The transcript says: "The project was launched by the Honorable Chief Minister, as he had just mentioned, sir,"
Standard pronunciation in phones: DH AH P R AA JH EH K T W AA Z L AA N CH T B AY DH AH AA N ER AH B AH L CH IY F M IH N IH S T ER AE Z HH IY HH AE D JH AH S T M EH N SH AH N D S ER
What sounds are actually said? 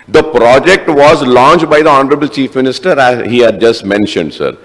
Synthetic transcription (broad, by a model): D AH P R AA JH EH K T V AA Z L AA N CH T B AY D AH AA N ER AH B AH L CH IY F M IH N IH S T ER AE Z HH IY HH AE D JH AH S T M EH N SH AH N D S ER